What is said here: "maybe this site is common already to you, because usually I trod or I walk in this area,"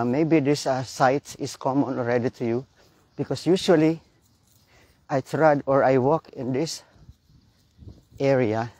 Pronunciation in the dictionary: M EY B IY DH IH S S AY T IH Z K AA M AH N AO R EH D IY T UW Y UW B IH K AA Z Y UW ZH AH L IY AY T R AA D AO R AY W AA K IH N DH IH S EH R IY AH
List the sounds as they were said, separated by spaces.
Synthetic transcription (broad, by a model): M EY B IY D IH S S AY T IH S K AA M AH N AO R EH D IY T UW Y UW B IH K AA S Y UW SH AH L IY AY T R AA D AO R AY W AA K IH N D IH S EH R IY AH